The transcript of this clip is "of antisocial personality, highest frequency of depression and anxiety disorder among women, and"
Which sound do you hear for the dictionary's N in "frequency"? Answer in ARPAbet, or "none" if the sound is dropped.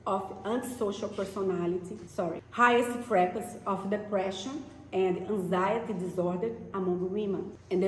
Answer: none